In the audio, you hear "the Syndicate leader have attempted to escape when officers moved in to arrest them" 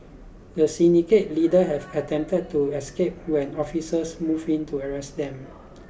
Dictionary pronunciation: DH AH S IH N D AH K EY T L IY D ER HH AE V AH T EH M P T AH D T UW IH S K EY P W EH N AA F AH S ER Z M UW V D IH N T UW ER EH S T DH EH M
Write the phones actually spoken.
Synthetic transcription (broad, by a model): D AH S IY N D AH K EY T L IY D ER HH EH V AH T EH M P T AH D T UW IH S K EY P W EH N AA F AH S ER S M UW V IH N T UW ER EH S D EH M